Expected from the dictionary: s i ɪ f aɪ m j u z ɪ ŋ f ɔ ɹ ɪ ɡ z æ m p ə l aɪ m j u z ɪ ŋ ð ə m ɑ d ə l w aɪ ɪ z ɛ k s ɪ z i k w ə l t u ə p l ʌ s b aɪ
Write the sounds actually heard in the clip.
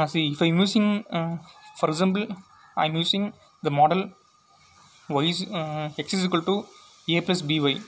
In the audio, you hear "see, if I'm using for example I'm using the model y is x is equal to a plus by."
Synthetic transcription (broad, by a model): s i ɪ f aɪ m j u s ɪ ŋ f ɔ ɹ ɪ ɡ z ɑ m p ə l aɪ m j u s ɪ ŋ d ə m ɑ d ə l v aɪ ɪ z ɛ k s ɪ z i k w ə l t u ə p l ʌ s b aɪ